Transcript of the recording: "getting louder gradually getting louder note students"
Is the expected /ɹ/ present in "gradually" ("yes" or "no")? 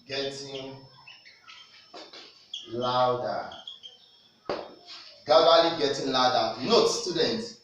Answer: no